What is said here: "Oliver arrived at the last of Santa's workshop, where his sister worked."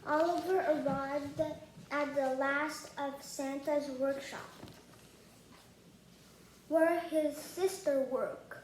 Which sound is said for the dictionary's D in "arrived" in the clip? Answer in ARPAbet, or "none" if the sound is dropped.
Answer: D